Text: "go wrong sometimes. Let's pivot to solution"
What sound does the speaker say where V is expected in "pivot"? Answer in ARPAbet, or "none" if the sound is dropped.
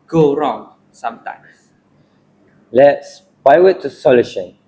W